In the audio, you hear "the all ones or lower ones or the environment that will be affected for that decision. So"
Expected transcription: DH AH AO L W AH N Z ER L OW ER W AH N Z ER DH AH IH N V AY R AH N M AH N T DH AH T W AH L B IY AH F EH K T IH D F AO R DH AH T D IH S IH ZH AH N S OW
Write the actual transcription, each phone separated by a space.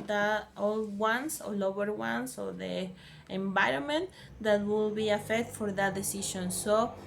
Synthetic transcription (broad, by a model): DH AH AO L W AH N S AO L OW ER W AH N S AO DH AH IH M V AY R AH N M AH N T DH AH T W AH L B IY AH F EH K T F AO R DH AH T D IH S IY SH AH N S OW